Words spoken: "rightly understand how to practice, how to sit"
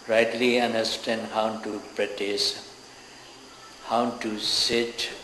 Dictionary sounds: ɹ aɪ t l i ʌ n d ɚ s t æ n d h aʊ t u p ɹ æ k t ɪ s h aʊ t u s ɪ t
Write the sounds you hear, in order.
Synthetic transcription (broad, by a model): ɹ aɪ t l i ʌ n d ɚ s t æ n d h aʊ t u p ɹ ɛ t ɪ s h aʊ t u s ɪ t